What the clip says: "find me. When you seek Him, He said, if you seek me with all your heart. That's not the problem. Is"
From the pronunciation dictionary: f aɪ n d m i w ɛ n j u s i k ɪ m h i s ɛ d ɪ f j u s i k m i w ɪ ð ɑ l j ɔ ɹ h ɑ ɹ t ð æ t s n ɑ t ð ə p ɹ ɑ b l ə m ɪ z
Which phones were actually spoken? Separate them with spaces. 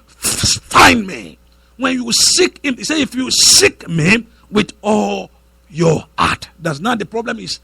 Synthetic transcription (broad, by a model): f aɪ n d m i w ɛ n j u s i k ɪ m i s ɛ ɪ f j u s i k m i w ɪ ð ɑ l j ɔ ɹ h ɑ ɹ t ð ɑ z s n ɑ t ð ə p ɹ ɑ b l ə m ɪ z